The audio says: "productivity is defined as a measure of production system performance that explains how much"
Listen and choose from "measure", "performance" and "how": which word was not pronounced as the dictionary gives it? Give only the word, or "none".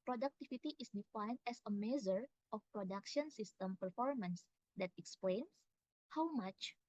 measure